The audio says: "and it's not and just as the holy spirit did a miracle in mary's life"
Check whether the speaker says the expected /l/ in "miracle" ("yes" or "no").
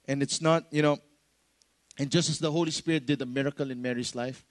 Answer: yes